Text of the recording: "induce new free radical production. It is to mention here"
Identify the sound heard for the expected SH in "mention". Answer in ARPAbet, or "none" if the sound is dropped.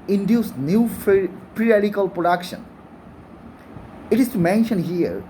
SH